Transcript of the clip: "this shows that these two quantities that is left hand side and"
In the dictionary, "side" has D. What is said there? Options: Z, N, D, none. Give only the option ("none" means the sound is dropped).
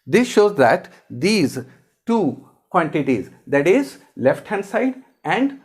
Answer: D